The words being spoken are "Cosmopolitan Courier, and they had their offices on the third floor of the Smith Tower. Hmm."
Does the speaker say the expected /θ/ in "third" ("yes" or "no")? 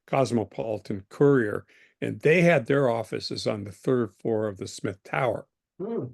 yes